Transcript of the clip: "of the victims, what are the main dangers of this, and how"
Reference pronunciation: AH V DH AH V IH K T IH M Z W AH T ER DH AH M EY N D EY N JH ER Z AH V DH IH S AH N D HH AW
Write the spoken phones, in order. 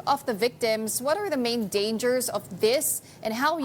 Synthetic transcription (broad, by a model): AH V DH AH V IH K T IH M Z W AH T ER DH AH M EY N D EY N JH ER Z AH V DH IH S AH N HH AW